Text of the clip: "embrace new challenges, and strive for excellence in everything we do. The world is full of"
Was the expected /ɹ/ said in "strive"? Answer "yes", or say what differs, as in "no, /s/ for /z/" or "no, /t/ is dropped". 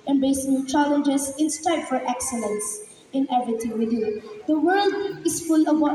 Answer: no, /ɹ/ is dropped